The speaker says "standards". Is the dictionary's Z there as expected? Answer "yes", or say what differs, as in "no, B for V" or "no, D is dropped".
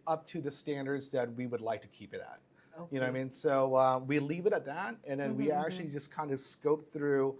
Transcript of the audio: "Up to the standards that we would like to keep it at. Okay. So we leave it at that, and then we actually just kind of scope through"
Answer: yes